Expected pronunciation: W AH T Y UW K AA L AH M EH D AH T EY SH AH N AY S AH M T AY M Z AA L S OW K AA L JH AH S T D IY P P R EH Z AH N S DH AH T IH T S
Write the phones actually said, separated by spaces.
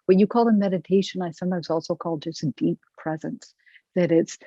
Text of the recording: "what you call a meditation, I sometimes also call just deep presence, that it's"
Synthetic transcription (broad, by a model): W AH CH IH K AA L AH M EH D AH T EY SH AH N AY S AH M T AY M Z AA L S OW K AA L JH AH S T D IY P P R EH Z AH N S DH AH T IH T S